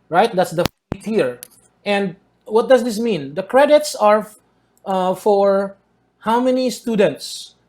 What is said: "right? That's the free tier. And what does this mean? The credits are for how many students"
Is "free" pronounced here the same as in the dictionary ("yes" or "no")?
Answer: no